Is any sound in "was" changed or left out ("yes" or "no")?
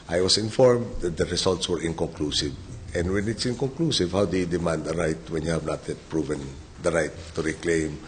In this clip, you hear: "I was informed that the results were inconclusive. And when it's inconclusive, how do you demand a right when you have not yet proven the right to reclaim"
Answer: yes